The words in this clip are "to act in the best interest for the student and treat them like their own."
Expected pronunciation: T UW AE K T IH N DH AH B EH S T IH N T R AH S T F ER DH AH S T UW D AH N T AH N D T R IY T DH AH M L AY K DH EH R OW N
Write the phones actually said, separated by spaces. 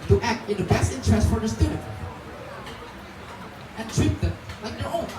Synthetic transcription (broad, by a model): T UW AE K T IH N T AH B EH S T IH N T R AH S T F ER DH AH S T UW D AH T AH N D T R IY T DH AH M L AY K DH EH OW